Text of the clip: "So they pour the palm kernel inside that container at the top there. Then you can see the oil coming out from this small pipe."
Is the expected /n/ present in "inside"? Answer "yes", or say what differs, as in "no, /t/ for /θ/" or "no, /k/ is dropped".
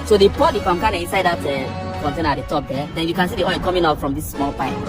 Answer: yes